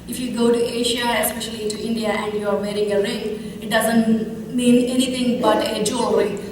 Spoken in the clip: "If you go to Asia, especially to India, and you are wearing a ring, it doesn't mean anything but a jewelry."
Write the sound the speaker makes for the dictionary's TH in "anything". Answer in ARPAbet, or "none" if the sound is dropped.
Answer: T